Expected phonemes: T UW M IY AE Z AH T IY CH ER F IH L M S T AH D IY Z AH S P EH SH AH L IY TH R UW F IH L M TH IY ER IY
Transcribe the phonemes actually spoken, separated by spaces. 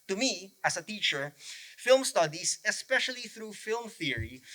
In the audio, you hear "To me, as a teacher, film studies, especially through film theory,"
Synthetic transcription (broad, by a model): T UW M IY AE S AH T IY CH ER F IH L M S T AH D IY S AH S P EH SH AH L IY TH R UW F IH L M TH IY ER IY